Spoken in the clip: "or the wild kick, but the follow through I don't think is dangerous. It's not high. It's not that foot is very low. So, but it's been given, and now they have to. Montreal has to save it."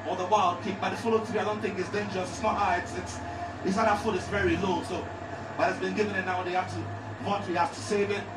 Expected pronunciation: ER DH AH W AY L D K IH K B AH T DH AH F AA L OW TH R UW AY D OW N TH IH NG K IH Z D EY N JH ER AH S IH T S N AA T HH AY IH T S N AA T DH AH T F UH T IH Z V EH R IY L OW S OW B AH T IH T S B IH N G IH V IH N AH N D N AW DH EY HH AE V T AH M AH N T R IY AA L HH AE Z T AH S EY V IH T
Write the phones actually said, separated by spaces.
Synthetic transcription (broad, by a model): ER DH AH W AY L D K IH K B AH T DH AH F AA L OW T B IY AY D OW N TH IH NG K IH S D EY N JH ER AH S IH T S N AA T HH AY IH T S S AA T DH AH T F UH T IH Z V EH R IY L OW S OW B AH T IH T S B IH N G IH V IH N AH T N AW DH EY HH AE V T AH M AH T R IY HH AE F T AH S EY V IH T